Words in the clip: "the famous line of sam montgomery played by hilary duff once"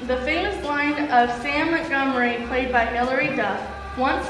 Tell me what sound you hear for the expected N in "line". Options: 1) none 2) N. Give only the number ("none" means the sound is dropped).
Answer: 2